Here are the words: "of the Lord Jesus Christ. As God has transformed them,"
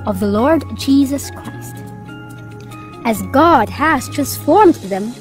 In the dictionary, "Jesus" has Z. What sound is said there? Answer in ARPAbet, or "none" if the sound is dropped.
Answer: Z